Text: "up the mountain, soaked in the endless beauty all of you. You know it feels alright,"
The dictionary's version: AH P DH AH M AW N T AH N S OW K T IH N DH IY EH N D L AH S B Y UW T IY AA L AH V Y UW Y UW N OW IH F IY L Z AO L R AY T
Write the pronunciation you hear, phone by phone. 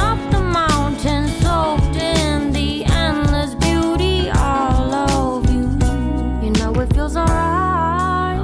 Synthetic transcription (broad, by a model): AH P DH AH M AW N T AH N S OW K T IH N DH IY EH N L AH S B Y UW T IY AA L AH V Y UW Y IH N OW IH F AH Z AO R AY